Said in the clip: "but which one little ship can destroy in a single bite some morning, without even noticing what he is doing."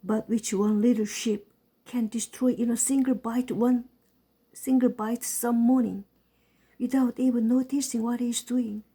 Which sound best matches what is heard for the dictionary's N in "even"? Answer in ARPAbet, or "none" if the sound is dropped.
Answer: L